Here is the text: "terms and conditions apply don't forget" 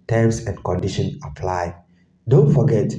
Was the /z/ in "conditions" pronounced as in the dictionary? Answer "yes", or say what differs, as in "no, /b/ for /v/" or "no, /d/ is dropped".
no, /z/ is dropped